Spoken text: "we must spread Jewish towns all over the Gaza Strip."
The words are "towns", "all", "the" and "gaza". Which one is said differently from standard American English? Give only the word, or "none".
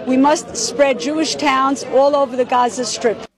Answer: none